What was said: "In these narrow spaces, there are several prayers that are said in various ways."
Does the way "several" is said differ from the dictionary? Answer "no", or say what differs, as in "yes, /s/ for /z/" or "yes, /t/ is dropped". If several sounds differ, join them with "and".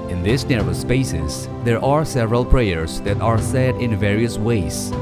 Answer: no